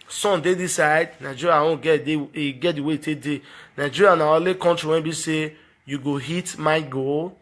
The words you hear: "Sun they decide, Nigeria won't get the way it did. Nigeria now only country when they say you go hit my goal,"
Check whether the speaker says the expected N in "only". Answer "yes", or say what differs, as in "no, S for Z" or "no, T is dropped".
no, N is dropped